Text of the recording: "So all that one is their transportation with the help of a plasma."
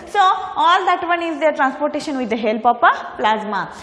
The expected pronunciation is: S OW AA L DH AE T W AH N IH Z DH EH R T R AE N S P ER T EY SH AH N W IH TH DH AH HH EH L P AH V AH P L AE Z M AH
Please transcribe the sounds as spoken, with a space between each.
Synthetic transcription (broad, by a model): S OW AA L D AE T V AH N IH Z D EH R T R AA N S P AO T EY SH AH N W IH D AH HH EH L P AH P AH P L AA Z M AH